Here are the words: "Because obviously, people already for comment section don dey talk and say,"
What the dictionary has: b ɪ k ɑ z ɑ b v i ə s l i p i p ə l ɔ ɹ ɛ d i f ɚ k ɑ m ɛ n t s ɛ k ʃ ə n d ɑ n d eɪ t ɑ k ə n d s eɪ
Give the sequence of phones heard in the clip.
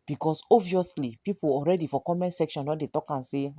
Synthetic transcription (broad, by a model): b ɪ k ɑ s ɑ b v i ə s l i p i p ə ɔ ɹ ɛ d i f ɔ k ɑ m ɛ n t s ɛ k ʃ ə n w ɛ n d eɪ t ɑ k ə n s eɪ